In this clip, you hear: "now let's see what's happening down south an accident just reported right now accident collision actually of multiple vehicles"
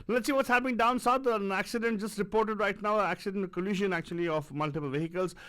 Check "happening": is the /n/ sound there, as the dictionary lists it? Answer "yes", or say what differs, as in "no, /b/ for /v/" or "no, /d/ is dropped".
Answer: no, /n/ is dropped